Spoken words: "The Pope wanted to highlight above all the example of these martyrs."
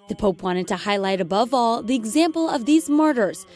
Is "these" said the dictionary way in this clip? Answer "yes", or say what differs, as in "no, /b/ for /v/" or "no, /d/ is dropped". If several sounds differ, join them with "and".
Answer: yes